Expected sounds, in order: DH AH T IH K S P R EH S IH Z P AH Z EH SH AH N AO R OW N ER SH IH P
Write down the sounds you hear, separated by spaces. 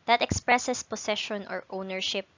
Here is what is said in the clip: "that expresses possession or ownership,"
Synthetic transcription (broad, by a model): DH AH T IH K S P R EH S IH S P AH S EH SH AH N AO R OW N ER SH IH P